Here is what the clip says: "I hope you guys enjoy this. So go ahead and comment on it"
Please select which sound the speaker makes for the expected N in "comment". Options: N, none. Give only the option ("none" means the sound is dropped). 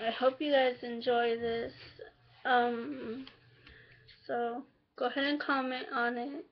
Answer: none